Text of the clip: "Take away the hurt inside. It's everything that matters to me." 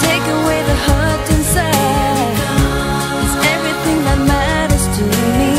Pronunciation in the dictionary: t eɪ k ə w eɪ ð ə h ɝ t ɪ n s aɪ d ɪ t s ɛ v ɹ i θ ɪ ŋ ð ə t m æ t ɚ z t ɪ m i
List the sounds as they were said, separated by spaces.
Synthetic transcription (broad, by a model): eɪ k ə w eɪ ð ə h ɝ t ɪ n s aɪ ɪ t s ɛ v ɹ i θ ɪ ŋ ð ə t m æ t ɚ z t ɪ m i